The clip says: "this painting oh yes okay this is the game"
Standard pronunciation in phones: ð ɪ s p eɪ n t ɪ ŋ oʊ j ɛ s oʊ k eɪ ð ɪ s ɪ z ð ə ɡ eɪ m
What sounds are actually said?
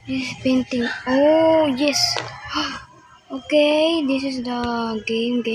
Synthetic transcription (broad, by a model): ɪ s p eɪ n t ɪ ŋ oʊ j ɛ s oʊ k eɪ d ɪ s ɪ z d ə ɡ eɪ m